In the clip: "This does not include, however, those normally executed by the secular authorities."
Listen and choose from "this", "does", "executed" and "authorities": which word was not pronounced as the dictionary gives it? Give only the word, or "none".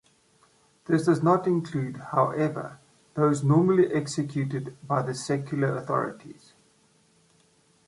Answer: none